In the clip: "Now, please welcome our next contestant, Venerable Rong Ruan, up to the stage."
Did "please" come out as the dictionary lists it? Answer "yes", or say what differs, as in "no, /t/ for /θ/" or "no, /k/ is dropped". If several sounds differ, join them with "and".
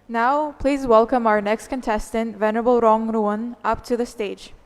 yes